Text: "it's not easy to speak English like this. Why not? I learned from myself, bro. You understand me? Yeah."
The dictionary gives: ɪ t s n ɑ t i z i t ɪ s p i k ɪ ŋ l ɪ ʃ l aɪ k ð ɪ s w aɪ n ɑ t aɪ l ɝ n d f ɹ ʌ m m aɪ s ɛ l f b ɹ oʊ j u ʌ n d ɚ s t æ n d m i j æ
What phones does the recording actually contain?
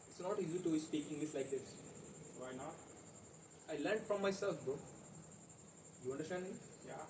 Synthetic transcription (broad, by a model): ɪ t s n ɑ t i z i t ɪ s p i k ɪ ŋ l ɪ s l aɪ k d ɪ s w aɪ n ɑ t aɪ l ɝ n d f ɹ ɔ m m aɪ s ɛ l f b oʊ j u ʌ n d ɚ s t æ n d m i j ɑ